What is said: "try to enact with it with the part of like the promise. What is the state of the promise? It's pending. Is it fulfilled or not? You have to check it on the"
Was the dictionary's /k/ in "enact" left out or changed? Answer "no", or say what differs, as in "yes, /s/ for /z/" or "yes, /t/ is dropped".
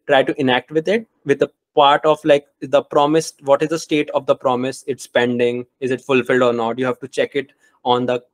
no